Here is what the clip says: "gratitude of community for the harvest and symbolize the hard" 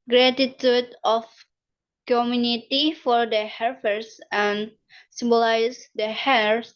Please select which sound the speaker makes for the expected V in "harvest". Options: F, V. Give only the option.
F